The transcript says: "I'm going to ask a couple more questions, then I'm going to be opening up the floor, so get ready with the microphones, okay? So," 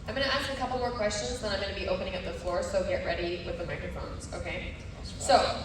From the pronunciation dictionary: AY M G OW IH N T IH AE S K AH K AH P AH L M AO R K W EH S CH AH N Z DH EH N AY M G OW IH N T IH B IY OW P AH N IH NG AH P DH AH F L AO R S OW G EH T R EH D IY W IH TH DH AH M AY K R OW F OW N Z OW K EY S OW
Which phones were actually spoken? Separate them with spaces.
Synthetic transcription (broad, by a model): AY M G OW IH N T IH AE S K AH K AH P L M AO R K W EH S CH AH N Z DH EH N AY M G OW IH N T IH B IY OW P AH N IH NG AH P DH AH F L AO R S OW G EH T R EH D IY W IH DH AH M AY K R OW F OW N Z OW K EY S OW